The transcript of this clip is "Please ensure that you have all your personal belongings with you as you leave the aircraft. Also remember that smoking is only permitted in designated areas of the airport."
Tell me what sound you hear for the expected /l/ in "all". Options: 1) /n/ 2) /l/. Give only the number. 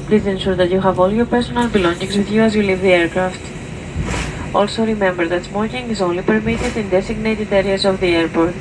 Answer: 2